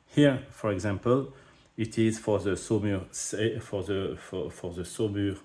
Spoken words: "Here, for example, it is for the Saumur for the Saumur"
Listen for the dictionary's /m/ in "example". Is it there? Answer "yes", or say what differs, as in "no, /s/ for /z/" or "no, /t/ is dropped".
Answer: yes